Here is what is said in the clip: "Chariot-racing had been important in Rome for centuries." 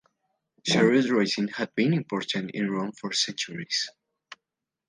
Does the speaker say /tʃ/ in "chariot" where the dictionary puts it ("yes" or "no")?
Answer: no